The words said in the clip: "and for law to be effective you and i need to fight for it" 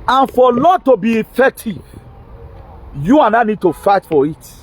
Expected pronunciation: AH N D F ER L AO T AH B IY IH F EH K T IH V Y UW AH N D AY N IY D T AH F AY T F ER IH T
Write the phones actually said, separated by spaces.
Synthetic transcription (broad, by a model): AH N F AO L AO T AH B IY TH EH T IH Y UW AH N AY N IY D T AH F AY T F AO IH T